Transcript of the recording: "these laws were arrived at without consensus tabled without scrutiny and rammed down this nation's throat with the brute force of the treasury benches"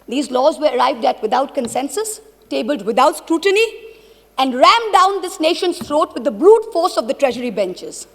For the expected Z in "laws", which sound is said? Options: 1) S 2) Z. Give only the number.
2